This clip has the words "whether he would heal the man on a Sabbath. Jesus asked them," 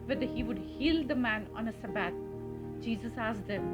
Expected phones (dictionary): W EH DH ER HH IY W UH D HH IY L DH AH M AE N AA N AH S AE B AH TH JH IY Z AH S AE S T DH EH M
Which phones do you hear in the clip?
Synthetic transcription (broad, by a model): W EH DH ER HH IY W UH D HH IY L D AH M AE N AA N AH S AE B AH T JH IY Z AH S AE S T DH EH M